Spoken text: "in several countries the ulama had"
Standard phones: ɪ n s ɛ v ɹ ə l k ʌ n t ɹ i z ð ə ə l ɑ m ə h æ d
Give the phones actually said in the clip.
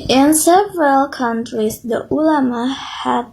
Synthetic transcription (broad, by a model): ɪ n s ɛ v ɹ ə l k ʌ n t ɹ i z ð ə ə l ɑ m ə h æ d